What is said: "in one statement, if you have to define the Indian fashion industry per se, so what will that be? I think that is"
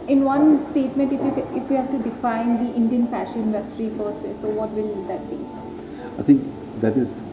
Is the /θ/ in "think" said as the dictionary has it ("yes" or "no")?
no